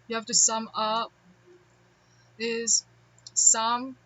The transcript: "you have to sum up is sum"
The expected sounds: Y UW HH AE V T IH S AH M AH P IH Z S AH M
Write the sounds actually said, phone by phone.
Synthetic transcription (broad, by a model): Y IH HH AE F T IH S AH M AH P IH Z S AH M